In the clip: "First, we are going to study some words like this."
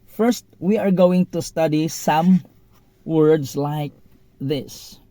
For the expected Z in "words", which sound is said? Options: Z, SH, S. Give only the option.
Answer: S